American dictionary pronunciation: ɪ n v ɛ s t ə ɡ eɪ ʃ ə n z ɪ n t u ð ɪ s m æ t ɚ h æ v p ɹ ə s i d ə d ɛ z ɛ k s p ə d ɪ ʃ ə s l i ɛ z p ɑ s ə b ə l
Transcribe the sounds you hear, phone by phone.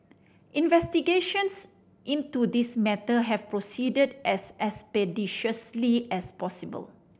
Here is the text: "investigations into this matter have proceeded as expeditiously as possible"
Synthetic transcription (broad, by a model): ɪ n v ɛ s t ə ɡ eɪ ʃ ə n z ɪ n t u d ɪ s m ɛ t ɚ h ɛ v p ɹ ə s i d ə d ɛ s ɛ s p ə d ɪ ʃ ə s l i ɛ s p ɑ s ə b ə l